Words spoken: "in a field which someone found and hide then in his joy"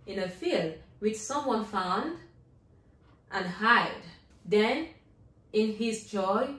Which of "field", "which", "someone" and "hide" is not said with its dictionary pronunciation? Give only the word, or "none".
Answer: none